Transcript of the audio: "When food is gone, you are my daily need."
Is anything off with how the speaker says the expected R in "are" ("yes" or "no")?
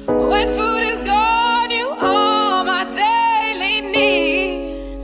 yes